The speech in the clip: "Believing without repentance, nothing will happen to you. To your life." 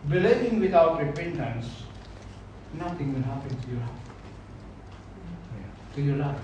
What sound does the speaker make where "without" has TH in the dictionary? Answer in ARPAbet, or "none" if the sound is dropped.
T